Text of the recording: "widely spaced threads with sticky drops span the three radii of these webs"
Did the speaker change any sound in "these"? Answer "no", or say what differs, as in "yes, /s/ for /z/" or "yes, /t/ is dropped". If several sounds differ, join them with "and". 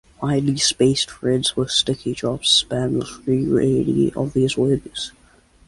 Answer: no